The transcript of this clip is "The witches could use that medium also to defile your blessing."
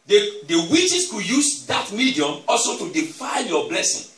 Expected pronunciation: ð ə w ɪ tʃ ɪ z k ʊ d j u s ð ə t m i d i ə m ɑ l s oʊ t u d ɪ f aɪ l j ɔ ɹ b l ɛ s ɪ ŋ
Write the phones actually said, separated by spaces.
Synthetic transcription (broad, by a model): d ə w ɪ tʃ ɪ s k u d j u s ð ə t m i d i ə m ɑ l s oʊ t u d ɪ f aɪ n j ɔ b l ɛ s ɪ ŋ